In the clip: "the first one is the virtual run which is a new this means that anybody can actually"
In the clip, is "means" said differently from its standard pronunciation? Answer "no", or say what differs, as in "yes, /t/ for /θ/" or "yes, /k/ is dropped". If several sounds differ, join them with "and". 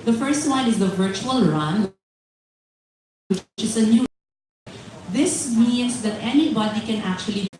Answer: yes, /s/ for /z/